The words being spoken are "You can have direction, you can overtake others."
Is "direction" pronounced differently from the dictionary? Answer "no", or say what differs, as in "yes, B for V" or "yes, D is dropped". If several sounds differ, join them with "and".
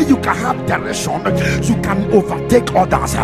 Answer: yes, K is dropped